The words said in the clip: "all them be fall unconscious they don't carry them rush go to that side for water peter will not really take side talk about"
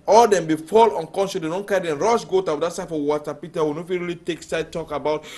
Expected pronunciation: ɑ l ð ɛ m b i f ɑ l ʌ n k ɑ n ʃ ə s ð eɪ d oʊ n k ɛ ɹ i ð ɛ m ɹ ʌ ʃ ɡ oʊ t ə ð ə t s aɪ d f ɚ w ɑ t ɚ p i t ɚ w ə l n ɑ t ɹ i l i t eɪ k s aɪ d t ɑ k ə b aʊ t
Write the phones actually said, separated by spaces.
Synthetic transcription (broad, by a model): ɑ l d ɛ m b i f ɑ l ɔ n k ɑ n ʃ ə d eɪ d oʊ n k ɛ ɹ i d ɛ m ɹ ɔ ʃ ɡ oʊ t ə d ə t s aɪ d f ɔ w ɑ t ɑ p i t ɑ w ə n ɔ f ɹ i l i t eɪ k s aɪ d t ɑ k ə b aʊ t